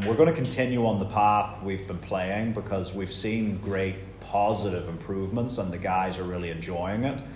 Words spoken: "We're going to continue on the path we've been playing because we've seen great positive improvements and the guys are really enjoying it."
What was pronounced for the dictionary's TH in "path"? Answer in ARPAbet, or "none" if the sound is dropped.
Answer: TH